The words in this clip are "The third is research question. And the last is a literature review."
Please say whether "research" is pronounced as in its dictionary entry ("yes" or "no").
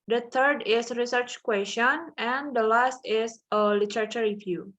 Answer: yes